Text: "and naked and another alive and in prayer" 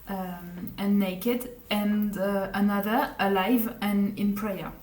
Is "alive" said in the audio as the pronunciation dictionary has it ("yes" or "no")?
yes